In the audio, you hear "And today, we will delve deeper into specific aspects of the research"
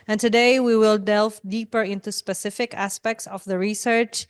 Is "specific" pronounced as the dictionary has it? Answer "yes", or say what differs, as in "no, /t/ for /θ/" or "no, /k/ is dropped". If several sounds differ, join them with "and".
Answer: yes